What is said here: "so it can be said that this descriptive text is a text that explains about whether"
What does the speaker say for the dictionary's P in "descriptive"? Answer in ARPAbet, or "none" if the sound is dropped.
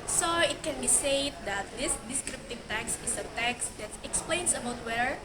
P